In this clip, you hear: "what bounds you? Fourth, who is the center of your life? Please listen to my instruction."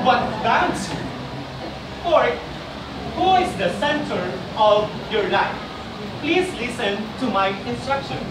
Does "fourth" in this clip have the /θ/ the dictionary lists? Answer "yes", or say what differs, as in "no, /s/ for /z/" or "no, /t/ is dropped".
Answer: no, /t/ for /θ/